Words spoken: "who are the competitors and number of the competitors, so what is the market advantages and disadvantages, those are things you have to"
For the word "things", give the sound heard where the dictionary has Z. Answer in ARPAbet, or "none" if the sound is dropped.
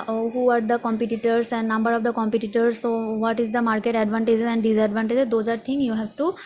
none